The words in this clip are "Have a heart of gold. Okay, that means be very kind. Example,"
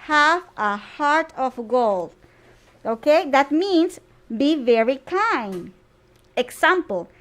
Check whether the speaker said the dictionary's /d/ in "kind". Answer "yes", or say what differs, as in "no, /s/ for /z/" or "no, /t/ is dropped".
yes